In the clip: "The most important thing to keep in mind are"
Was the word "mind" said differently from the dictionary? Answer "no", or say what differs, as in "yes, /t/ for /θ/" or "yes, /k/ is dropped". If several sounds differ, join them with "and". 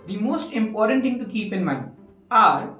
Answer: yes, /d/ is dropped